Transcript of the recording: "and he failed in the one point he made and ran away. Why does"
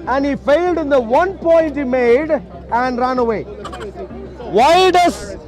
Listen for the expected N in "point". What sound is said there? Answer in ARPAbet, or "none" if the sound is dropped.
N